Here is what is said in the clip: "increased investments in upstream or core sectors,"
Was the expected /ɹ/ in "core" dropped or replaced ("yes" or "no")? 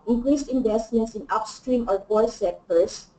yes